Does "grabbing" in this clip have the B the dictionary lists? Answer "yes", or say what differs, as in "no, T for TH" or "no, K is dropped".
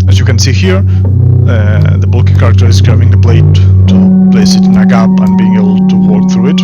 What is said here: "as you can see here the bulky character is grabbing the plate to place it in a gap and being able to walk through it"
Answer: no, B is dropped